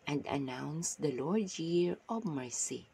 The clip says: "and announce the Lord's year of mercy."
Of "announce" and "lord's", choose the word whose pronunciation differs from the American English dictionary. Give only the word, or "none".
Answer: lord's